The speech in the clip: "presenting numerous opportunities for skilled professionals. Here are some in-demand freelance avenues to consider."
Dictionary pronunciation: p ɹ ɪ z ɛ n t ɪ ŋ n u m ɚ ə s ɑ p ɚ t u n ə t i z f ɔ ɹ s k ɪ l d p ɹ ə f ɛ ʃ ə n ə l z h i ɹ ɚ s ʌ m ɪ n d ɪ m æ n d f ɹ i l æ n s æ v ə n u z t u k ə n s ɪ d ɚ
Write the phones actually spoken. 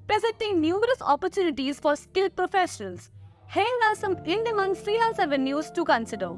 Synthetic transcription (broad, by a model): p ɹ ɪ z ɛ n t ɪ ŋ n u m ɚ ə s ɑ p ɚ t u n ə t i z f ɔ ɹ s k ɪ l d p ɹ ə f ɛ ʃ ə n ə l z h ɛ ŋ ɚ s ʌ m ɪ n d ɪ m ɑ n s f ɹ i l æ l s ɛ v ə n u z t u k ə n s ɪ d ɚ